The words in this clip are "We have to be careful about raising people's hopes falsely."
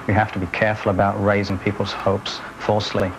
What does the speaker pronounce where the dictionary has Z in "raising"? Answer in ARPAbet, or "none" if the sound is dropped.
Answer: Z